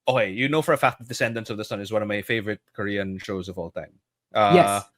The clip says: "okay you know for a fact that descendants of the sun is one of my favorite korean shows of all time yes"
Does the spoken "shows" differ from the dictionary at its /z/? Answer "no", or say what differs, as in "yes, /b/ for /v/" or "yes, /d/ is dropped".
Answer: no